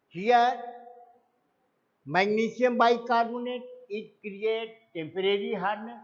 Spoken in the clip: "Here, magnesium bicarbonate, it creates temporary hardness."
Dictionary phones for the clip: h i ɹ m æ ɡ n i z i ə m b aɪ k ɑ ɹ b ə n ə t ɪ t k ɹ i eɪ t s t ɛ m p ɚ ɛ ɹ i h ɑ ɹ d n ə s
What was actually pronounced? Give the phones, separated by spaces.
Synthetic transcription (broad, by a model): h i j m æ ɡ n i s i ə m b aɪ k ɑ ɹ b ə n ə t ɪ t k ɹ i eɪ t t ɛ m p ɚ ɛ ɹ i h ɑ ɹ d n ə